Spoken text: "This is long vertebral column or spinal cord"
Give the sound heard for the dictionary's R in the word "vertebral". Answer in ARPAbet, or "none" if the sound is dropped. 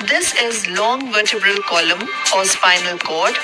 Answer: none